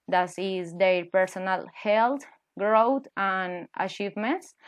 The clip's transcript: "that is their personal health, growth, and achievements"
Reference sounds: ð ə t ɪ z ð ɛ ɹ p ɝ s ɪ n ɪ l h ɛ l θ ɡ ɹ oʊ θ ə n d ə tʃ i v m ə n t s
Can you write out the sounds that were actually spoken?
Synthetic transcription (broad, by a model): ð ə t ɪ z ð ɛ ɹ p ɝ s ɪ n ɪ l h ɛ l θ ɡ ɹ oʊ t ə n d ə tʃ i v m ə n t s